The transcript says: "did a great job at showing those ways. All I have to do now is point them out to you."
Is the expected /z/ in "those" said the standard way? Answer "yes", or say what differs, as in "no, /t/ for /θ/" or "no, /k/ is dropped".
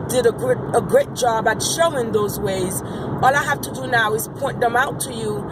yes